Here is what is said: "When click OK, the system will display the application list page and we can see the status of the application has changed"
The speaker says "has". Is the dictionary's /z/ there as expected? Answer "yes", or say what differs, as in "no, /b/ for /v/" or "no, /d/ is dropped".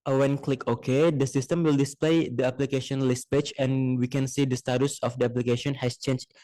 no, /s/ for /z/